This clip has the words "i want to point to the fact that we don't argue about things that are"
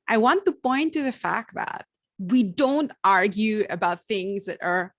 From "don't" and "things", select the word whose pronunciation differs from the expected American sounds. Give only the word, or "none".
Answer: none